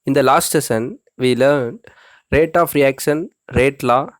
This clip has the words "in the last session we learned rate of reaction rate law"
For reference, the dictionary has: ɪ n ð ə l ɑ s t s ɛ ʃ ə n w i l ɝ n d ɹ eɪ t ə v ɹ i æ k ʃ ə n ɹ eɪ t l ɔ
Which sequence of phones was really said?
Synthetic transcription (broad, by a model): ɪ n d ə l ɑ s t s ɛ s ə n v i l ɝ n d ɹ eɪ t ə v ɹ i æ k ʃ ə n ɹ eɪ t l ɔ